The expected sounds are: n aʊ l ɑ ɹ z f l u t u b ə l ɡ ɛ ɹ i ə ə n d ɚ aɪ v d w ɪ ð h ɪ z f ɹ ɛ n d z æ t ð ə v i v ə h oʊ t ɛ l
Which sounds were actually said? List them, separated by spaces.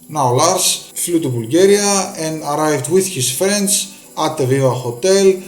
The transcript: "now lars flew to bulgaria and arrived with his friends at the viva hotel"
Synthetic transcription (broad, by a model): n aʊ l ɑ ɹ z f l u t u b ə l ɡ ɛ ɹ i ə ə n d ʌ aɪ v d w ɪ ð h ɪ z f ɹ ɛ n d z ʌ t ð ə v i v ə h oʊ t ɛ l